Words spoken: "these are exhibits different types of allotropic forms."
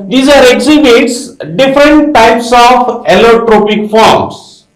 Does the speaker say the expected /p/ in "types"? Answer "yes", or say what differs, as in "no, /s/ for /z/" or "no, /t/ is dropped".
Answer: yes